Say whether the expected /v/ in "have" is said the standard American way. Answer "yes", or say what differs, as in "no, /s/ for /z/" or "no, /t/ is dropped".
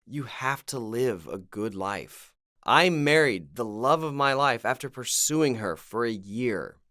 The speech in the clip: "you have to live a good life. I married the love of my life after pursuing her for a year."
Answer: no, /f/ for /v/